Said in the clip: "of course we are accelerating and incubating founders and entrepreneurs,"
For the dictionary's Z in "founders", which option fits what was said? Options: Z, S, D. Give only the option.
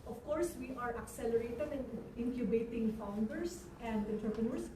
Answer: S